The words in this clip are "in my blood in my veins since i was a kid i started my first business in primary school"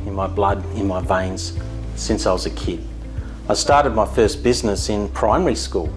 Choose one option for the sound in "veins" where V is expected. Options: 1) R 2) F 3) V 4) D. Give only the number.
3